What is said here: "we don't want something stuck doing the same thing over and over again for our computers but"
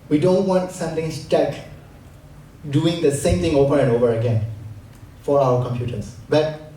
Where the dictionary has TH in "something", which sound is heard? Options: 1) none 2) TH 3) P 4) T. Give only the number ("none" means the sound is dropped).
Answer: 4